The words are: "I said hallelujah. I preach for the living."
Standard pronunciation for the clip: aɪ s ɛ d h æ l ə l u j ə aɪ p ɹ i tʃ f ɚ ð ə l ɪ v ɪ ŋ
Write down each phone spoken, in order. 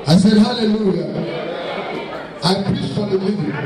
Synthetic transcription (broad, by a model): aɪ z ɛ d h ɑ l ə l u j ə aɪ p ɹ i s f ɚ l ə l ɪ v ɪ